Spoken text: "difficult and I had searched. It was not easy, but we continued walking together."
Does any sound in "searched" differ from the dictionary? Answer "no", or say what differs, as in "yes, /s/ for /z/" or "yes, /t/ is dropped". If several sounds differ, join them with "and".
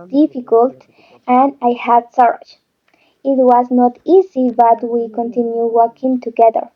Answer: yes, /t/ is dropped